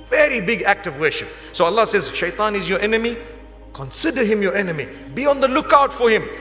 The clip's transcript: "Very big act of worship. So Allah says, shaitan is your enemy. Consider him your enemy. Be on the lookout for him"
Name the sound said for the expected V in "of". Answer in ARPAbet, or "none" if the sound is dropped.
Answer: V